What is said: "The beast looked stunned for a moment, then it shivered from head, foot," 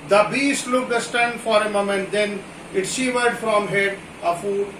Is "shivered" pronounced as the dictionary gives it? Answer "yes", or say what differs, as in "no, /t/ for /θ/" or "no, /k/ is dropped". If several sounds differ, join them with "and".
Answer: no, /s/ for /ʃ/